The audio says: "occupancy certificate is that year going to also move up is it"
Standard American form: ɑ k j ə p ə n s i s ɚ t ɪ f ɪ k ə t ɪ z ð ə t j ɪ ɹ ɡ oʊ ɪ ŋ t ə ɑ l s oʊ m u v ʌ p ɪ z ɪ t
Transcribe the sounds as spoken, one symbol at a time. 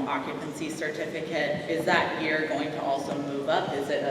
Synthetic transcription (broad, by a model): ɑ k j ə p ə n s i s ɚ t ɪ f ɪ k ə t ɪ z ð ə t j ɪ ɹ ɡ oʊ ɪ ŋ t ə ɑ l s oʊ m u v ʌ p ɪ z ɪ t